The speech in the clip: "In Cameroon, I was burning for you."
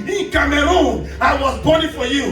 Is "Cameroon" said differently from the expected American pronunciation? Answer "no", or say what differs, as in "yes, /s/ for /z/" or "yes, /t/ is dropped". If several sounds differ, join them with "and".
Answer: yes, /n/ is dropped